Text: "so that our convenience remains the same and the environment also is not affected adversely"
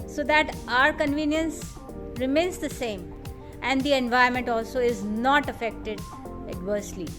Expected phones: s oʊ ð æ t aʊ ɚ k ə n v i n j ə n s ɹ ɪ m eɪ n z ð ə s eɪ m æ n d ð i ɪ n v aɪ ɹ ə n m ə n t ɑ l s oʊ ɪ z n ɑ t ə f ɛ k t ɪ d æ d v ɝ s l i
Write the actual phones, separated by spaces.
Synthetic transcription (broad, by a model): s oʊ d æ t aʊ ɚ k ə n v i n j ə n s ɹ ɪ m eɪ n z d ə s eɪ m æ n d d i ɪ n v aɪ ə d m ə n t ɑ l s oʊ ɪ z n ɑ t ə f ɛ k t ɪ d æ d v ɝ s l i